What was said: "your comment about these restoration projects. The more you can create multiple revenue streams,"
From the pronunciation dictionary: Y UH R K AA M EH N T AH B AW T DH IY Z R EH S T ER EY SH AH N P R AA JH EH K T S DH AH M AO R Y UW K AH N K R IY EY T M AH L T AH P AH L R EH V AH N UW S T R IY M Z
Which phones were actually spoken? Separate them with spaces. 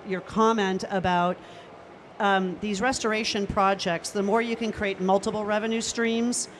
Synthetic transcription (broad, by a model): Y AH R K AA M EH N T AH B AW T DH IY Z R EH S T ER EY SH AH N P R AA JH EH K T S DH AH M AO R Y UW K AH N K R IY EY T M AH L T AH P L R EH V AH N UW S T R IY M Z